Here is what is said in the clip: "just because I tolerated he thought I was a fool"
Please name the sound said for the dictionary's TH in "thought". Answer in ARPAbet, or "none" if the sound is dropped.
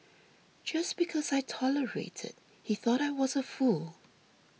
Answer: TH